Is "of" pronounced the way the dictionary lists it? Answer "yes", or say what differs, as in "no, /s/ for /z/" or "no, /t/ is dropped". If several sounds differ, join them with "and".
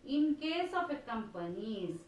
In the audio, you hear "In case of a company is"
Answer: no, /p/ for /v/